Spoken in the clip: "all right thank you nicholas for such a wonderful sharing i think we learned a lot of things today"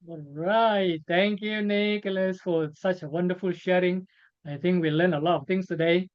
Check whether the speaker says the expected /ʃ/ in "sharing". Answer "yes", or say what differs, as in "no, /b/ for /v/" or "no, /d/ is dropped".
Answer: yes